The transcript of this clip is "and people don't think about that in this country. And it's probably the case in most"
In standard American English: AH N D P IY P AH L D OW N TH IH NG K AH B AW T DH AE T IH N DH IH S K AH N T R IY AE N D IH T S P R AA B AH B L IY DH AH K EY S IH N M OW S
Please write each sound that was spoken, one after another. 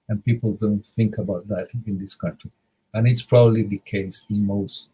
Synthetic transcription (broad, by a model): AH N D P IY P AH L D OW N TH IH NG K AH B AW T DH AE T IH N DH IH S K AH N T R IY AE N IH T S P R AA B AH B L IY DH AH K EY S IH N M OW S